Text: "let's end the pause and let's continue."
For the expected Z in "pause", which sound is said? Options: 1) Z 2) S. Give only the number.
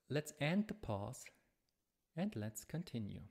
2